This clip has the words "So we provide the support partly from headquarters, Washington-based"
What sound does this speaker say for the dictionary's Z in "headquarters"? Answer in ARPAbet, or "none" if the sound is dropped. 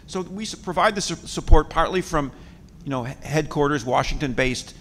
Z